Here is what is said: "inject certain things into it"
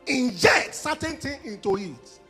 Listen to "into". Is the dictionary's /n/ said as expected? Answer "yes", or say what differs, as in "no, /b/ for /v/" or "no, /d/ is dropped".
yes